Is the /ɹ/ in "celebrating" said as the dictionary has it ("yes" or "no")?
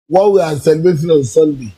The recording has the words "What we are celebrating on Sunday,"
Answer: no